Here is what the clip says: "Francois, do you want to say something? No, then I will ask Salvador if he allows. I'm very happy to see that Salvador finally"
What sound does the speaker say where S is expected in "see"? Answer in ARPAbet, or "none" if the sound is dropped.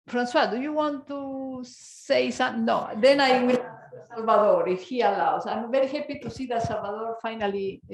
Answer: S